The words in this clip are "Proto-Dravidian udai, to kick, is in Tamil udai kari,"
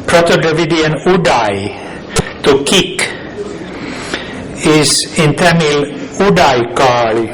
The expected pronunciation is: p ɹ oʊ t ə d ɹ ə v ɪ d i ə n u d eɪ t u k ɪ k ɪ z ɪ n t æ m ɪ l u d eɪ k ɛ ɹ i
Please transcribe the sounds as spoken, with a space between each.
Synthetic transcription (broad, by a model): p ɹ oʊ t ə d ə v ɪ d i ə n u d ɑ t u k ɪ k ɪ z ɪ n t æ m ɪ l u d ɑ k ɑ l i